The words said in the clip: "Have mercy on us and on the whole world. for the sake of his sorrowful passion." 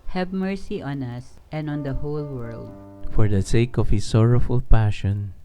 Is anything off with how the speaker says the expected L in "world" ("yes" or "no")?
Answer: no